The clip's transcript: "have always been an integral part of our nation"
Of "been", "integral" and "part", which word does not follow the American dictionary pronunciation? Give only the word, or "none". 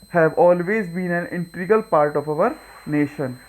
integral